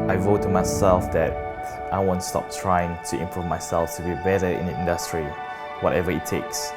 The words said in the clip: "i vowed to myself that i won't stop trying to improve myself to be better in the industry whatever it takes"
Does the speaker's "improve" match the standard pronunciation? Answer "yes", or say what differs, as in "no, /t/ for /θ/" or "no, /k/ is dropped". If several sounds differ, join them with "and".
yes